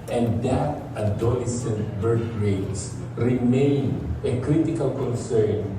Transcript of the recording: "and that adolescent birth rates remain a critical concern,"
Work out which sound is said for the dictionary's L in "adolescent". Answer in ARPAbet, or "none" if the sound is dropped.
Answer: none